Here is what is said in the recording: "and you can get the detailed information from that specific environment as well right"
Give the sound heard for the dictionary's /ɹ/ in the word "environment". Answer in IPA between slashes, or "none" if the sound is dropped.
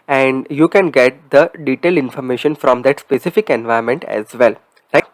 none